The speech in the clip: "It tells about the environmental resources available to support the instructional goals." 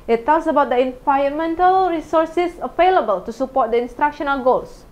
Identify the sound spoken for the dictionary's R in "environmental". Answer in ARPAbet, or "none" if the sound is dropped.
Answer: none